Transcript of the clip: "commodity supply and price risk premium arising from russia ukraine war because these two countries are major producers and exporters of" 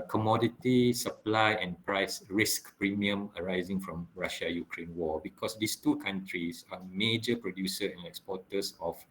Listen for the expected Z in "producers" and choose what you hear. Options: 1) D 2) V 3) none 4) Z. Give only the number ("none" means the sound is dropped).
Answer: 3